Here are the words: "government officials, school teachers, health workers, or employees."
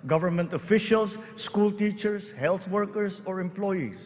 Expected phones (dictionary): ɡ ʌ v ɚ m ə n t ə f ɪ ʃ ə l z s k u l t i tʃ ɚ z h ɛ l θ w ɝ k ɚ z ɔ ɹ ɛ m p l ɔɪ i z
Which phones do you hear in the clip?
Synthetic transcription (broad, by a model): ɡ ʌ v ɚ m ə n t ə f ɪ ʃ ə l s k u l t i tʃ ɚ s h ɛ l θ w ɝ k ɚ s ɔ ɹ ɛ m p l ɔɪ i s